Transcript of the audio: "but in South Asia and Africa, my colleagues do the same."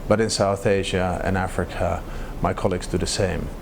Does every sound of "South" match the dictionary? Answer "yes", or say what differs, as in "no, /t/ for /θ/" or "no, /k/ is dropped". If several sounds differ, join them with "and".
yes